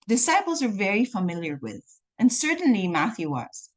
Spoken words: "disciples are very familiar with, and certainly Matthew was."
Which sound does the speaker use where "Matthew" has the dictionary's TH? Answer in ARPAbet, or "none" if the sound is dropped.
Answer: TH